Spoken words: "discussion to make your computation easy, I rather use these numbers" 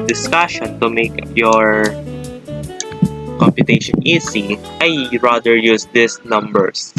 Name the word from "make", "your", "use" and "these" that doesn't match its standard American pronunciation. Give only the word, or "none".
these